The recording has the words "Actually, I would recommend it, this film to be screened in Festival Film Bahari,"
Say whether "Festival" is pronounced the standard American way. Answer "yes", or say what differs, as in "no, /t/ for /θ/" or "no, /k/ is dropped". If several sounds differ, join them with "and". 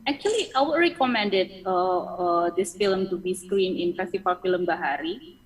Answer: no, /f/ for /v/